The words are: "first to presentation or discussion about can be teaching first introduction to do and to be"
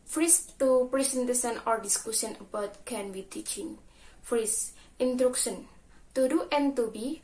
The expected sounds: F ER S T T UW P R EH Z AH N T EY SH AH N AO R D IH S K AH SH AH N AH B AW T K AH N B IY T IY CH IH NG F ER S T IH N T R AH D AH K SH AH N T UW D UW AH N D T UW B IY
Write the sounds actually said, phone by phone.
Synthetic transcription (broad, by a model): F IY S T T UW P R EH S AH N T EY S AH N AO R D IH S K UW S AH N AH B AW T K AH N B IY T IY CH IH NG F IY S T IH N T R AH K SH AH N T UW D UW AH N T UW B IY